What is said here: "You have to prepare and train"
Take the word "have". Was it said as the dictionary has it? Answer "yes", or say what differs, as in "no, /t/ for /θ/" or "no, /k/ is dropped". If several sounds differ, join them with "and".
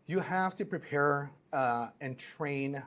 no, /f/ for /v/